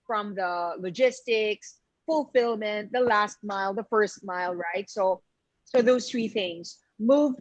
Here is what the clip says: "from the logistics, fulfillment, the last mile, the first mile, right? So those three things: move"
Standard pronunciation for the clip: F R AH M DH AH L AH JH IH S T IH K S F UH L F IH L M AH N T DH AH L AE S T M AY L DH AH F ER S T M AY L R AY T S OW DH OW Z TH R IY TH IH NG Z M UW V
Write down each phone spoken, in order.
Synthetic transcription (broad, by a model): F R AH M DH AH L AH JH IH S T IH K S F UH L F IH L M AH N T DH AH L AE S T M AY L DH AH F ER S T M AY L R AY T S OW DH OW Z TH R IY TH IH NG Z M UW V